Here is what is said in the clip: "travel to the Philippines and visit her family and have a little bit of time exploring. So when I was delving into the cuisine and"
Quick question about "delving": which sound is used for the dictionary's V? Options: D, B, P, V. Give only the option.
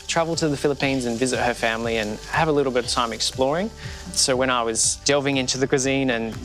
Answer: V